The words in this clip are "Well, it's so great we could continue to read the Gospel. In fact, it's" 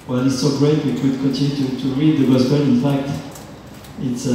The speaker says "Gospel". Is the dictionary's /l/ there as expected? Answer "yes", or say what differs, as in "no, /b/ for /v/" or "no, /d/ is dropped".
no, /n/ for /l/